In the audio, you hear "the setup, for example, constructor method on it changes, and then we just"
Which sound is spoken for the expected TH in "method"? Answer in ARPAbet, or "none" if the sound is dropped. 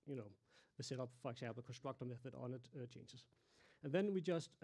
F